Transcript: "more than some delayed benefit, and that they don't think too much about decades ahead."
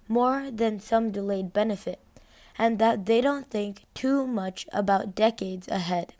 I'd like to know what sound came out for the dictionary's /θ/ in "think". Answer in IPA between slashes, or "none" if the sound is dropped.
/θ/